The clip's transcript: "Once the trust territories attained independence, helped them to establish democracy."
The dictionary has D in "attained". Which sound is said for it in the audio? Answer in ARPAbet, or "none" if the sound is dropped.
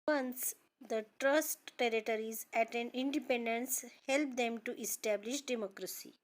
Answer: none